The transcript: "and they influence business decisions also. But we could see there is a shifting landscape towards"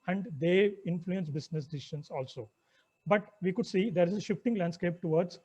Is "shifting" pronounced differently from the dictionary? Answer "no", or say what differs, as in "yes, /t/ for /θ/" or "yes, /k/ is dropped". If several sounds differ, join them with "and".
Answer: no